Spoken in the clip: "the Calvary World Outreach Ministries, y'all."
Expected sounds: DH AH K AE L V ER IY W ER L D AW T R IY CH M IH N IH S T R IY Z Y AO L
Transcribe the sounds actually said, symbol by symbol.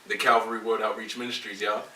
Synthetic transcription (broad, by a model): DH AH K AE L V ER IY W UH D AW T R IY CH M IH N IH S T R IY Z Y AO